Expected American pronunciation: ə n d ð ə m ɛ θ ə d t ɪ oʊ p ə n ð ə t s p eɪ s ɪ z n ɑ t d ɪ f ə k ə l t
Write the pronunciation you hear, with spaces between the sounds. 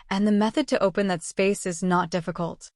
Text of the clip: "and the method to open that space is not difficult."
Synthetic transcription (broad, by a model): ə n ð ə m ɛ θ ə d t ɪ oʊ p ə n ð ə t s p eɪ s ɪ z n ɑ t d ɪ f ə k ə l t